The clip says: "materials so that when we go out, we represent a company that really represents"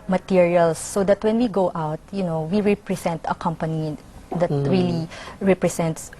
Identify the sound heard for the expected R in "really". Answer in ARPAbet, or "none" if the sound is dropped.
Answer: R